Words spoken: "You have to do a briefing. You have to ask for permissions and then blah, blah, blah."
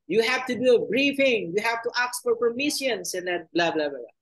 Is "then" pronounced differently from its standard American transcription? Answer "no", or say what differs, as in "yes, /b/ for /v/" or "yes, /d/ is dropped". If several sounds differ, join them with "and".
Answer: yes, /l/ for /n/